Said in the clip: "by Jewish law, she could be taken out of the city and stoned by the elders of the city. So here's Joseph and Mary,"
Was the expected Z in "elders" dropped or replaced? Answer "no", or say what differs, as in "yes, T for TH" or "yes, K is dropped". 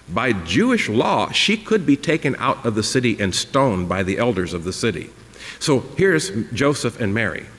no